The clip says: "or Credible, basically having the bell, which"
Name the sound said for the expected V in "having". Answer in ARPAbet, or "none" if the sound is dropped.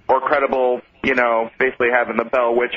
V